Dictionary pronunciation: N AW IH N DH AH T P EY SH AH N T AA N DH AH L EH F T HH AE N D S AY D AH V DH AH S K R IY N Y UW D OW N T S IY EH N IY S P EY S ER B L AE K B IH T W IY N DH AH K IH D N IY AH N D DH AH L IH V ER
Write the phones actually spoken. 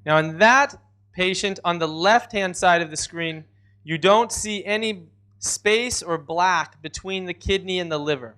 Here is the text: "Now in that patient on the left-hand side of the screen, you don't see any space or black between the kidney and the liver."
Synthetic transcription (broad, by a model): N AW IH N DH AH T P EY SH AH N T N DH AH L EH F T HH AE N D S AY D AH V DH AH S K R IY N Y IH D OW N T S IY EH N IY S P EY S ER B L AE K B IH T W IY N DH AH K IH D N IY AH N DH AH L IH V ER